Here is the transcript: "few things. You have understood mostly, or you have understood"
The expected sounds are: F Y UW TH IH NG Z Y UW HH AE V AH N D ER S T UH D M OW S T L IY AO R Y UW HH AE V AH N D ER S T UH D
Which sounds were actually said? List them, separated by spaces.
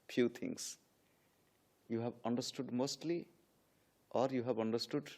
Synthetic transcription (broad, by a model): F Y UW T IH NG S Y UW HH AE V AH N D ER S T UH D M OW S T L IY AO R Y UW HH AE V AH N D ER S T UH D